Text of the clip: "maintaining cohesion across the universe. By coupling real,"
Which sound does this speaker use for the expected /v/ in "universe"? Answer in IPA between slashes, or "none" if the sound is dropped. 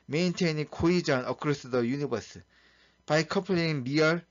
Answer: /b/